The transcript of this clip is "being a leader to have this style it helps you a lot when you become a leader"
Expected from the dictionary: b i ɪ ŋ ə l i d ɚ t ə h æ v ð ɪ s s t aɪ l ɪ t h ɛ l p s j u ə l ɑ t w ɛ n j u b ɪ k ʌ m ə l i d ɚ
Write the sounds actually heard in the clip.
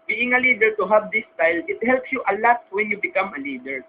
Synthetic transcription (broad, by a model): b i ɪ ŋ ə l i d ɚ t ə h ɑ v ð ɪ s s t aɪ l ɪ t h ɛ l p s j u ə l ɑ t w ɛ n j u b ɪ k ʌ m ə l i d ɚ